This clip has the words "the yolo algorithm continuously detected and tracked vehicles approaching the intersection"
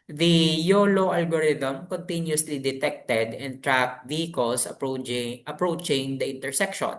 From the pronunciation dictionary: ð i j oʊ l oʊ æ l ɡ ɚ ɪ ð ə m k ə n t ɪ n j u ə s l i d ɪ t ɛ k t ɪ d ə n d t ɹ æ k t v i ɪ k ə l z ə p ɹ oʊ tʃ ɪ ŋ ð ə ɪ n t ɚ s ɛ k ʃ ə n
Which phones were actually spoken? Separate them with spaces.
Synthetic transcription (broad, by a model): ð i j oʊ l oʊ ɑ l ɡ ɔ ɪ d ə m k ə n t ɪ n j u s l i d ɪ t ɛ k t ɪ d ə n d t ɹ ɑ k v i k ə l s ə p ɹ oʊ tʃ ɪ ŋ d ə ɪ n t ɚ s ɛ k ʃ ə n